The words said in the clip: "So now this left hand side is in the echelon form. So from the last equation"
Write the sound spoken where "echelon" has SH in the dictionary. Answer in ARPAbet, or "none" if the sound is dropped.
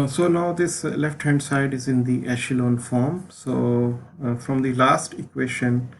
SH